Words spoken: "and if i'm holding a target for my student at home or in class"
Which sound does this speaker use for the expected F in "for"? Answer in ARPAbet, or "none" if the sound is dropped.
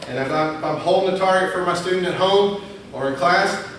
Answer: F